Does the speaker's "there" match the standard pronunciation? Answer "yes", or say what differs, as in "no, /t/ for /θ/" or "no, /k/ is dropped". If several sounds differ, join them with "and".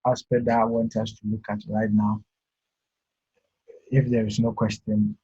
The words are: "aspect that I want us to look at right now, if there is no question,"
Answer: yes